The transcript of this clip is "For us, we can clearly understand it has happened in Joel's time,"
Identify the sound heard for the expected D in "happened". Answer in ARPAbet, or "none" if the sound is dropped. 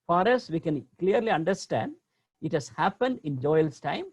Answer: D